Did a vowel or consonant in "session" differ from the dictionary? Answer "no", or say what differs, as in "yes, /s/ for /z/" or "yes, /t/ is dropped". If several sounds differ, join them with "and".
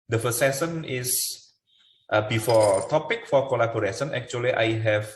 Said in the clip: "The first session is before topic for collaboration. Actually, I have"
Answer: yes, /s/ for /ʃ/